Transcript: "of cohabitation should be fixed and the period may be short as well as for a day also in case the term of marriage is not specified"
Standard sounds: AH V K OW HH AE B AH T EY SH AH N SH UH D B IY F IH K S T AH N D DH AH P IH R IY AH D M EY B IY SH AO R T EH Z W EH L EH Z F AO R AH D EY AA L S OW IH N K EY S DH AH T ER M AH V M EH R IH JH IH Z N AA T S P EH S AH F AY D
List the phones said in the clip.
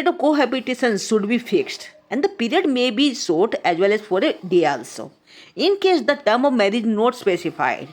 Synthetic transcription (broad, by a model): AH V K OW HH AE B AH T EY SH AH N SH UH D B IY F IH K S T AH N D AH P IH R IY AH D M EY B IY S AO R T EH Z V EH L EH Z F AO R AH D EY AA L S OW IH N K EY S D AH T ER M AH V M EH R IH JH N AA T S P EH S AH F AY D